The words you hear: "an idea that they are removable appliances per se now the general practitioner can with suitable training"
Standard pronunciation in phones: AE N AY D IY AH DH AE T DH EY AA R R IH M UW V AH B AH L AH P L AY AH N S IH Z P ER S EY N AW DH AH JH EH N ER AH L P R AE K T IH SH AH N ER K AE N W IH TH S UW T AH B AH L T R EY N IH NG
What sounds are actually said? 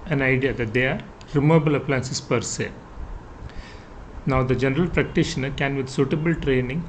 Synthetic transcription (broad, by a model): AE N AY D IY AH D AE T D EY AA R R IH M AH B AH L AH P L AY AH N S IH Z P ER S EY N AW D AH JH EH N ER AH L P R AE K T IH SH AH N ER K AE N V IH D S UW T AH B AH L T R EY N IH NG